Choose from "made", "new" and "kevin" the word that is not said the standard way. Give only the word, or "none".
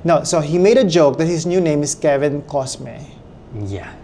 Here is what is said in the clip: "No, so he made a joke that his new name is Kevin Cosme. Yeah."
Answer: none